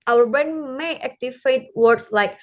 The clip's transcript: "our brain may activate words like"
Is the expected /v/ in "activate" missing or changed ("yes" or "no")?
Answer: yes